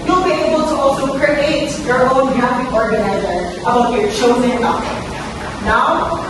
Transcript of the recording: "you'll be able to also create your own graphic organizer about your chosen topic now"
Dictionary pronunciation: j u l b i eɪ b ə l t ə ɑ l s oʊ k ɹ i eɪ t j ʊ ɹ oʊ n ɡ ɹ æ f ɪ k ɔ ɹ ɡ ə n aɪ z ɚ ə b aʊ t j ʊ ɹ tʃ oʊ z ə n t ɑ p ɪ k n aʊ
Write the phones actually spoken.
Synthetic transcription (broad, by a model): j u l b i eɪ b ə l t ə ɑ l s oʊ k ɹ i eɪ t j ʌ ɹ oʊ n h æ p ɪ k ɔ ɹ ɡ ə n aɪ z ɚ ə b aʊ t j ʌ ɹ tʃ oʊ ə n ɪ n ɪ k n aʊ